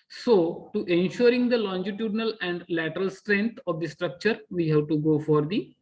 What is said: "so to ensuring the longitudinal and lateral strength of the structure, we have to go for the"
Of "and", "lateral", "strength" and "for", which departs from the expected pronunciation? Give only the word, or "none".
strength